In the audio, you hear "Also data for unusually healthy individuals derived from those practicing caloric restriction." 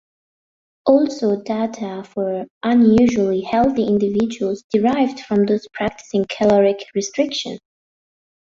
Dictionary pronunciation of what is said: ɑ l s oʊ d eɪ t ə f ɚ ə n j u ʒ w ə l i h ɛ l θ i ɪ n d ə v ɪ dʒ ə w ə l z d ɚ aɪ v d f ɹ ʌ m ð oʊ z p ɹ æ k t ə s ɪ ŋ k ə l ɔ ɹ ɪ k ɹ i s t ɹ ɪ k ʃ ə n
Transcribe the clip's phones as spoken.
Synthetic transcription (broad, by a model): ɑ l s oʊ d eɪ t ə f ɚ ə n j u ʒ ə l i h ɛ l θ i ɪ n d ə v ɪ dʒ ə w ə l z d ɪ aɪ v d f ɹ ʌ m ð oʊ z p ɹ æ k t ə s ɪ ŋ k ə l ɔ ɹ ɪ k ɹ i s t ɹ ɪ k ʃ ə n